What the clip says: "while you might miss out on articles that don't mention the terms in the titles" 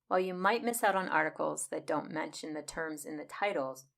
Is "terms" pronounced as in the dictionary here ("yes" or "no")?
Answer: yes